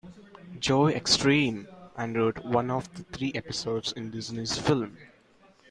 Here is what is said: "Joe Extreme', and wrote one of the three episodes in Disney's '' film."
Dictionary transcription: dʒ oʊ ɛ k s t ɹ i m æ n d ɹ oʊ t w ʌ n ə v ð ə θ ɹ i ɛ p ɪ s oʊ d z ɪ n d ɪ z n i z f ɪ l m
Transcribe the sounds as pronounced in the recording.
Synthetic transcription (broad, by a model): dʒ oʊ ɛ k s t ɹ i m æ n d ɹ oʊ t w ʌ n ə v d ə t ɹ i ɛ p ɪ s oʊ d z ɪ n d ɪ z n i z f ɪ l m